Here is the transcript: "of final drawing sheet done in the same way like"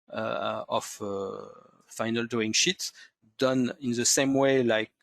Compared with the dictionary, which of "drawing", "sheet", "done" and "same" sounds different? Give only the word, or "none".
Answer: drawing